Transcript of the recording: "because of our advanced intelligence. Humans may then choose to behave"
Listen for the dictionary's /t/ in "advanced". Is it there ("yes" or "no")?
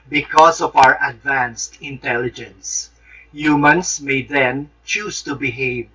yes